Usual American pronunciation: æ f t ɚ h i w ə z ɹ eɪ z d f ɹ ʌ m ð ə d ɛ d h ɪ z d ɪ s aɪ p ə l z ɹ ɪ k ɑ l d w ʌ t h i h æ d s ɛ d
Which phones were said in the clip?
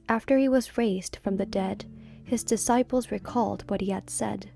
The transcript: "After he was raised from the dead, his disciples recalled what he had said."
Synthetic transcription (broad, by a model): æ f t ɚ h i w ə z ɹ eɪ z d f ɹ ʌ m ð ə d ɛ d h ɪ z d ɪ s aɪ p l z ɹ ɪ k ɑ l d w ʌ t h i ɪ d s ɛ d